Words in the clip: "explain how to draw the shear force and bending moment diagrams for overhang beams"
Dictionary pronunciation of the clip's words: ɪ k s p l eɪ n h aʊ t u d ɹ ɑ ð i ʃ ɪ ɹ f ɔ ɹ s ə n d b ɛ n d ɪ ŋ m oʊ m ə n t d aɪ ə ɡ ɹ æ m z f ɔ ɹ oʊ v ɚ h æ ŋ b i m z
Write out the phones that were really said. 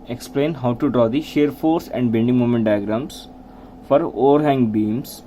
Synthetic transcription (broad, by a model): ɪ k s p l eɪ n h aʊ t u d ɹ ɑ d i ʃ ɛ ɹ f ɔ ɹ s ə n d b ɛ n d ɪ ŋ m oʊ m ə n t d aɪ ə ɡ ɹ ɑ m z f ɔ ɹ oʊ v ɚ h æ ŋ b i m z